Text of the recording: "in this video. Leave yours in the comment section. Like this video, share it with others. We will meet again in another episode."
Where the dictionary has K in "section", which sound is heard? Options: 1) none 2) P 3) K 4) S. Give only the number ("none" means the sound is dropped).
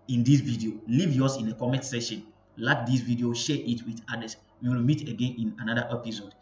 1